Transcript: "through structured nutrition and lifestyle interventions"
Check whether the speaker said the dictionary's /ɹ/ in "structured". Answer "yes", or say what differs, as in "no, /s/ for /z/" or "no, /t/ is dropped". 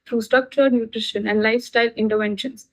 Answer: no, /ɹ/ is dropped